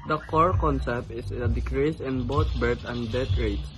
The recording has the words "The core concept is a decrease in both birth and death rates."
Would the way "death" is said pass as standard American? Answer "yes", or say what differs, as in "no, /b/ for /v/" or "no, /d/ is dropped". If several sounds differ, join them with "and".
no, /t/ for /θ/